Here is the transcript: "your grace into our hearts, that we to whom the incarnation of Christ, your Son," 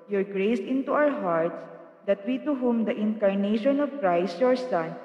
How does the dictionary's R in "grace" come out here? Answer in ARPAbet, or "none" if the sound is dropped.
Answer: R